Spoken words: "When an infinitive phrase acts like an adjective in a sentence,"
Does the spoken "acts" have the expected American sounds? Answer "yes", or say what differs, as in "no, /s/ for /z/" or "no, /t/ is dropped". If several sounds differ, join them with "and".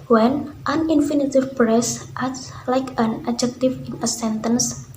no, /k/ is dropped